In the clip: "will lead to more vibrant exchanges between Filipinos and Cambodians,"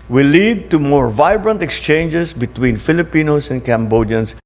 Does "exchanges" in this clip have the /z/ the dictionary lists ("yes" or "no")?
no